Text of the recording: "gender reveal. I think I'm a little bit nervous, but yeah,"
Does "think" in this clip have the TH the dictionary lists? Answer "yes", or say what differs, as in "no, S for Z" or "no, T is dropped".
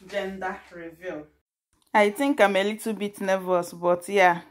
no, T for TH